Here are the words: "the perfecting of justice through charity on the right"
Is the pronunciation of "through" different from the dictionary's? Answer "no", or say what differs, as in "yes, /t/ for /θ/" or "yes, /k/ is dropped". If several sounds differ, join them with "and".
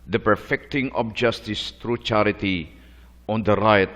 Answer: yes, /t/ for /θ/